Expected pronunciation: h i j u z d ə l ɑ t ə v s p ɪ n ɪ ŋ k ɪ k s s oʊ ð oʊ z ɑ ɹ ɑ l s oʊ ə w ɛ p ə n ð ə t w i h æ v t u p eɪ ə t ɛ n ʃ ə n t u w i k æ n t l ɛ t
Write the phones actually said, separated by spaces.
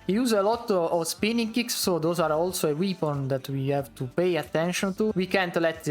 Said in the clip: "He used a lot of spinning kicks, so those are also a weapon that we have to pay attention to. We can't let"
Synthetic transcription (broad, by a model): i j u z ə l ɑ t ə v s p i n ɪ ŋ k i k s s oʊ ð oʊ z ɑ ɹ ɑ l s oʊ ə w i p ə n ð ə t w i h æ v t u p eɪ ə t ɛ n ʃ ə n t u w i k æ n t l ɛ t